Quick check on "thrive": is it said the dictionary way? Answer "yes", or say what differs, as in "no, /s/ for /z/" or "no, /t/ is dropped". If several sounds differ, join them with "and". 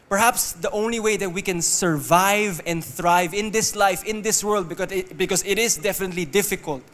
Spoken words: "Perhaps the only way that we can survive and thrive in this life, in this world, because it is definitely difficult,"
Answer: yes